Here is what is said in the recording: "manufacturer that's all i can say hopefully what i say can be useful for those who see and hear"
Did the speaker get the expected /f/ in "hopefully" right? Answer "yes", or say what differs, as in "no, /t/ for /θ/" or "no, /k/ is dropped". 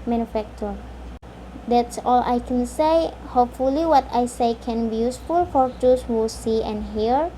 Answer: yes